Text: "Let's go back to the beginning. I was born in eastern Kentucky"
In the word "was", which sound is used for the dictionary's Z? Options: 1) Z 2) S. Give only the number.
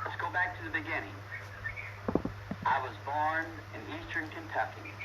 1